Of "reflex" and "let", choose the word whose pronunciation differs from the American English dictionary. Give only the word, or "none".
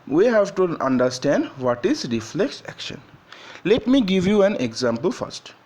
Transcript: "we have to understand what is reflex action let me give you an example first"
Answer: none